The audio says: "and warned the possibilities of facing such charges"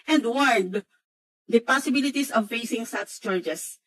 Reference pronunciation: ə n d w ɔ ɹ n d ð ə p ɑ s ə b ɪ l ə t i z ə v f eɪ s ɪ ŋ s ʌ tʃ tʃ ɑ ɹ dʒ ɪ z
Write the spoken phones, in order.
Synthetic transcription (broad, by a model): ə n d w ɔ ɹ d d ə p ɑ s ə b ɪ l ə t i s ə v f eɪ s ɪ ŋ s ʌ s tʃ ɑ ɹ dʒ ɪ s